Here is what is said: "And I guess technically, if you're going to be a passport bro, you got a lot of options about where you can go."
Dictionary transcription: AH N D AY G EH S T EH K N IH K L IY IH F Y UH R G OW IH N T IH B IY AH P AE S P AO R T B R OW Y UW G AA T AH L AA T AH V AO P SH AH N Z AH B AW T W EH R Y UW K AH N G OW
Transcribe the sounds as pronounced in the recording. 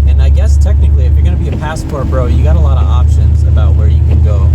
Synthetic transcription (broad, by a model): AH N AY G EH S T EH K N IH K L IY IH F Y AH R G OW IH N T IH B IY AH P AE S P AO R B R OW Y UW G AA T AH L AA T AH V AO P SH AH N Z AH B AW T W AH R Y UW K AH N G OW